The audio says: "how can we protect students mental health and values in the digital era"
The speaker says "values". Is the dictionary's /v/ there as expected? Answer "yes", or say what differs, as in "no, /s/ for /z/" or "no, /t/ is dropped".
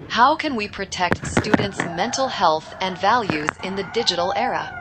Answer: yes